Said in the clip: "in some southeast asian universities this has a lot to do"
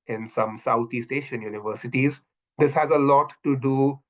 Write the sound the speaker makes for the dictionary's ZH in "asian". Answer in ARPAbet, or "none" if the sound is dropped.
SH